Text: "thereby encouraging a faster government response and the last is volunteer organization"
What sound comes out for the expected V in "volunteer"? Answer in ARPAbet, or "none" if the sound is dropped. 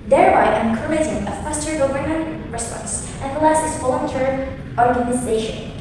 F